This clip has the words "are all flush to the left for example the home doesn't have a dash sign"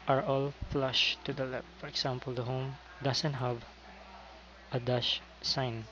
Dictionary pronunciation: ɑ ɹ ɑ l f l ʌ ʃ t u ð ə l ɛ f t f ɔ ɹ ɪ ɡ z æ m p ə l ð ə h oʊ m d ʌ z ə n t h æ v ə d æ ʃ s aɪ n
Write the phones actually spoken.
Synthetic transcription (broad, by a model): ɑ ɹ ɑ l f l ʌ ʃ t u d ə l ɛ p f ɔ ɹ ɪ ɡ s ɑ m p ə l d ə h oʊ m d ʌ s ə n t h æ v ə d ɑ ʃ s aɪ n